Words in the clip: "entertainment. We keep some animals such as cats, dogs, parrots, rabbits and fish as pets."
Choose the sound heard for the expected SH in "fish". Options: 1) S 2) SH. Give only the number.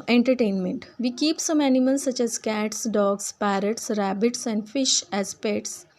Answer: 2